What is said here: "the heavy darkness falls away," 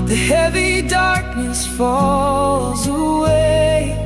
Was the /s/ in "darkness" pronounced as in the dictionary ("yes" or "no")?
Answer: yes